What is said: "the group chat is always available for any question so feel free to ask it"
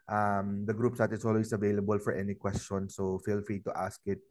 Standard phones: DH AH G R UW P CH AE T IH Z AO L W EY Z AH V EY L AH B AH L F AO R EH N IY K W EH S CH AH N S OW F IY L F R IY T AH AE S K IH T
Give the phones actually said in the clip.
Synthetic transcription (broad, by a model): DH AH G R UW P S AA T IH S AO L W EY S AH V EY L AH B AH L F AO R EH N IY K W EH S CH AH N S OW F IY L F R IY T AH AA S K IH T